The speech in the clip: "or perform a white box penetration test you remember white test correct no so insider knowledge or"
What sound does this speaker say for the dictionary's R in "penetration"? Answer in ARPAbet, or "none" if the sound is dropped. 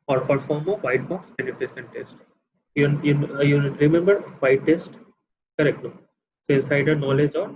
none